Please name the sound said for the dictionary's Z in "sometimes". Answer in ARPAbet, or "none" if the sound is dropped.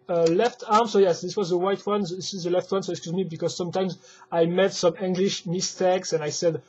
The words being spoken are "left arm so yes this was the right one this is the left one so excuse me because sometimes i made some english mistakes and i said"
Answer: Z